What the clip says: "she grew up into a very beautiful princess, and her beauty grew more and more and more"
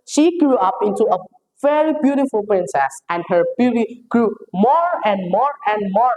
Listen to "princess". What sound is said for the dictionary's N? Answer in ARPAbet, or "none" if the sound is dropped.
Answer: N